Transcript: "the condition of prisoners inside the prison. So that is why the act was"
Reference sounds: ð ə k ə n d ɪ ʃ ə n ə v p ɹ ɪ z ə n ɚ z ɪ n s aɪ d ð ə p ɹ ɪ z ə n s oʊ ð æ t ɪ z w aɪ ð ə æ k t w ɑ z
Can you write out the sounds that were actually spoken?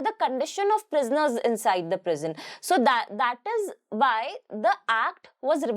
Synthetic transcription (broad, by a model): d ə k ə n d ɪ ʃ ə n ə v p ɹ ɪ z ə n ɚ z ɪ n s aɪ d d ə p ɹ ɪ z ə n s oʊ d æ t ɪ z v aɪ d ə æ k t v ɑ z